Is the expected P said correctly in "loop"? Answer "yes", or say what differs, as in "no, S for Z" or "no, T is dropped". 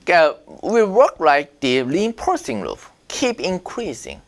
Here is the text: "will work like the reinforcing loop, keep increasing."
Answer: no, F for P